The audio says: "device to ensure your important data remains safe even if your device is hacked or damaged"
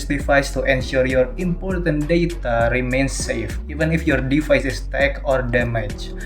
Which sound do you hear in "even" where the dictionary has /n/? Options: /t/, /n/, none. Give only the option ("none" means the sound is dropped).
/n/